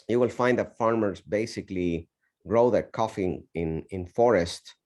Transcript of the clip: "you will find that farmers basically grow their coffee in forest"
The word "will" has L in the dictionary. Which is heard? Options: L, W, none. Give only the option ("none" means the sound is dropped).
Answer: L